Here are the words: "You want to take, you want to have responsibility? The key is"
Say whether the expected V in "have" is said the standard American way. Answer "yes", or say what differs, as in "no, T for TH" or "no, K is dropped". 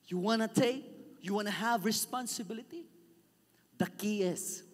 yes